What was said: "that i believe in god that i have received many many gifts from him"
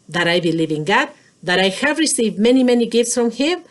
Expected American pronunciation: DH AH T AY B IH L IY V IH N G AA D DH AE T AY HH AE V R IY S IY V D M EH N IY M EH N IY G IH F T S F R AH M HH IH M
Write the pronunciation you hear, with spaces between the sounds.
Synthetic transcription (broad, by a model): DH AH T AY B IH L IY V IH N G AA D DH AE T AY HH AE V R IY S IY V D M EH N IY M EH N IY G IH F T S F R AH M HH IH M